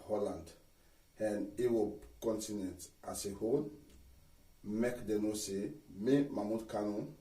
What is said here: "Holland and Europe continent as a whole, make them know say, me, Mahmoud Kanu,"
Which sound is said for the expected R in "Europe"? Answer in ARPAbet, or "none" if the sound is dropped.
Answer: W